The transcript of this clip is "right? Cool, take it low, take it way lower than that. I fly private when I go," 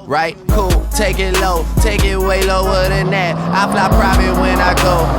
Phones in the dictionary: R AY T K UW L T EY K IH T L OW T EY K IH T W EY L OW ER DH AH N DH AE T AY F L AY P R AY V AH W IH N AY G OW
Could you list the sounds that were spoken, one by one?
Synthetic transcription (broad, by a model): R AY T K UW L T EY K IH T L OW T EY K IH T W EY L OW ER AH N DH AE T AY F L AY P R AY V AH W IH N AY G OW